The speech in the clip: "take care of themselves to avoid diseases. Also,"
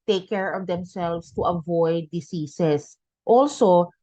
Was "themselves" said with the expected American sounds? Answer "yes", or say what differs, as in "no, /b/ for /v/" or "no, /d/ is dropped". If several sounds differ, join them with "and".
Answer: no, /s/ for /z/